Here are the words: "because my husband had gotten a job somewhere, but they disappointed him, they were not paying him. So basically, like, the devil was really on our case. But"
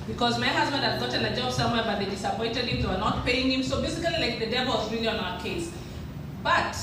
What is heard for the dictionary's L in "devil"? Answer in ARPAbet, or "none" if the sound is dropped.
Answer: L